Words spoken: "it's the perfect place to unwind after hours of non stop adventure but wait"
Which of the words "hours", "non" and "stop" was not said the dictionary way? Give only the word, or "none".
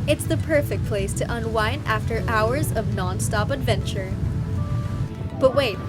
none